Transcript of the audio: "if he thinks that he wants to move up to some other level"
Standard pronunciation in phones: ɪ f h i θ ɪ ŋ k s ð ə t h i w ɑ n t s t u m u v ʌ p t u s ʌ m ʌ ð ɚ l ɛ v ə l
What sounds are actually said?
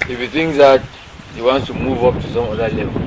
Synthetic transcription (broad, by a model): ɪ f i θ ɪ ŋ s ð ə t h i w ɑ n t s t u m u v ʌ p t u s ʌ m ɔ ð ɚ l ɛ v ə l